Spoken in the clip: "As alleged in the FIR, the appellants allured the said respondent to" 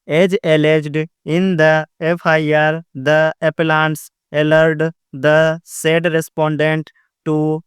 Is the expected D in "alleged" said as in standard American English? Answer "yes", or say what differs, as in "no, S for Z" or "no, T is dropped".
yes